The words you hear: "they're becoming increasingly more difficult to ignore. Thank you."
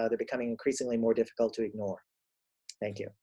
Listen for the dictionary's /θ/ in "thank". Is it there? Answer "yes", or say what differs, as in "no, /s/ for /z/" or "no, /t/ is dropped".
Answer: yes